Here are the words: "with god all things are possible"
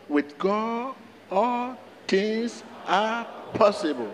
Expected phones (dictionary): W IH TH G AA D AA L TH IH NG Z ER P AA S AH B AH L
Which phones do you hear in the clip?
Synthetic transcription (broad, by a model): W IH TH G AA AA L T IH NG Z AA P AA S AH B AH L